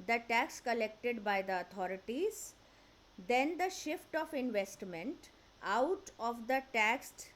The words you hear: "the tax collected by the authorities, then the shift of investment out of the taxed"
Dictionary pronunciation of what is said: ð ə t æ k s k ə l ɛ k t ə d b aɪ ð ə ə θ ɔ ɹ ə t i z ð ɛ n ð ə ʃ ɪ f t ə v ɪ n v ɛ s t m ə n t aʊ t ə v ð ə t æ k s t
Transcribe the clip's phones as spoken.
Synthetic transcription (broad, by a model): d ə t æ k s k ə l ɛ k t ə d b aɪ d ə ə t ɔ ɹ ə t i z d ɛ n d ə ʃ ɪ f t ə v ɪ n v ɛ s t m ə n t aʊ t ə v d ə t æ k s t